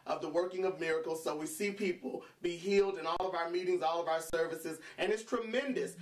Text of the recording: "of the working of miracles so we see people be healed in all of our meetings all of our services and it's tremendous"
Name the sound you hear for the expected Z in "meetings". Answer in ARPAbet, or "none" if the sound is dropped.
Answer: Z